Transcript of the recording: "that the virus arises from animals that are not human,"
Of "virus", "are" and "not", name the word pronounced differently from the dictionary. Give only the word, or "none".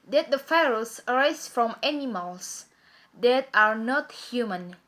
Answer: virus